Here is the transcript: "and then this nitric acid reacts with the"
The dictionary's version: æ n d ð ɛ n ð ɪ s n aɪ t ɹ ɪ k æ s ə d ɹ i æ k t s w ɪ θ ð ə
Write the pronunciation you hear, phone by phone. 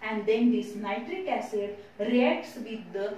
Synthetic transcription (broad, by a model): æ n d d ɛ n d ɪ s n aɪ t ɹ ɪ k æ s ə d ɹ i æ k t s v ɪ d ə